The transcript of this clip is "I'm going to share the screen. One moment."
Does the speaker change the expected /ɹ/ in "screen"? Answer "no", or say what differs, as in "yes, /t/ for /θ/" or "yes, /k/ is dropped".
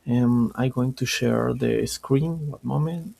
no